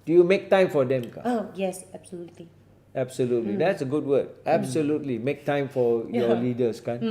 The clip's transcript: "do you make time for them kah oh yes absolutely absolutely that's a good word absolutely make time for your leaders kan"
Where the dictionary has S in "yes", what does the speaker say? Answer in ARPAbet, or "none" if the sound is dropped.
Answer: S